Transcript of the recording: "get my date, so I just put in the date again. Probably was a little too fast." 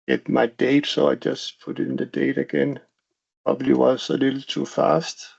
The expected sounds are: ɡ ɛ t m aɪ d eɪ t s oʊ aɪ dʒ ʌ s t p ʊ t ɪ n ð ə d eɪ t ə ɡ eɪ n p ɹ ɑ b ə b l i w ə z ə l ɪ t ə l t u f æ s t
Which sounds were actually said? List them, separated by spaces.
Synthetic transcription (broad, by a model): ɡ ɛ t m aɪ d eɪ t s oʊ aɪ dʒ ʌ s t p ʊ t ɪ n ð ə d eɪ t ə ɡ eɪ n p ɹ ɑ b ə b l i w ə s ə l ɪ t l t u f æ s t